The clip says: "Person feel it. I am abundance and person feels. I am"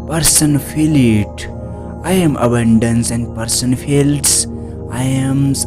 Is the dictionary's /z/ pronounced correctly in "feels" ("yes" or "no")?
no